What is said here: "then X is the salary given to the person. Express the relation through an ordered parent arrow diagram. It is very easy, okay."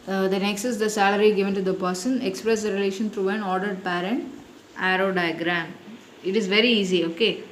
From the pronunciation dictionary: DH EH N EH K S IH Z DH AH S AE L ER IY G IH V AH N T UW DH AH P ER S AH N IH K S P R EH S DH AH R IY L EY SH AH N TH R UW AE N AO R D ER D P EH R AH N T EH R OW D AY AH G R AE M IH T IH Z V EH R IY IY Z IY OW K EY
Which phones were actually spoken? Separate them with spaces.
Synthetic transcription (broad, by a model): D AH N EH K S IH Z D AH S AE L ER IY G IH V AH N T UW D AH P ER S AH N IH K S P R EH S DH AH R IY L EY SH AH N T R UW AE N AO R D ER D P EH R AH N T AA R OW D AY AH G R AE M IH T IH Z V EH R IY IY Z IY OW K EY